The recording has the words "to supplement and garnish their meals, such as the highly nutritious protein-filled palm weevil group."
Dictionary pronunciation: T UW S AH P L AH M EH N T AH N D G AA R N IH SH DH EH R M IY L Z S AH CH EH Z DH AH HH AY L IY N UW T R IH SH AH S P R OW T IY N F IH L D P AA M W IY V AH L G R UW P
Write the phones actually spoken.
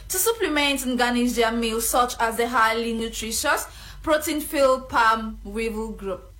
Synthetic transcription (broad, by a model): T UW S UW P L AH M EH N T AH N G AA N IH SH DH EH M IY L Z S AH CH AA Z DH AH HH AY L IY N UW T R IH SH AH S P R OW T IY N F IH L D P AA M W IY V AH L G R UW P